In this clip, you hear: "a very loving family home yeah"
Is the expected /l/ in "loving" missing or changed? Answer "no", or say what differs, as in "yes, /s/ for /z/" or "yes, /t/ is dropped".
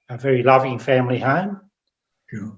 no